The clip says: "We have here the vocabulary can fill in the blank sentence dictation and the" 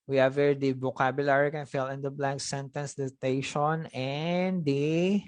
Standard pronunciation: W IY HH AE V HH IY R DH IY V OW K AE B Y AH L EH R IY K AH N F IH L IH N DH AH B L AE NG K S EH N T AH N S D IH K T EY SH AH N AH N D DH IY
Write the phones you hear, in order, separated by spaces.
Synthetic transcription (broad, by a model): W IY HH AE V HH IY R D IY B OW K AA B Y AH L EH R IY K AH N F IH L IH N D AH B L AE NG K S EH N T AH N S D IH T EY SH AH N AH N D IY